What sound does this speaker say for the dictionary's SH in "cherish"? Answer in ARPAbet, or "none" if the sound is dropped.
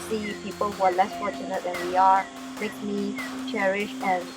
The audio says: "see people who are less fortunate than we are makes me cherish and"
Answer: SH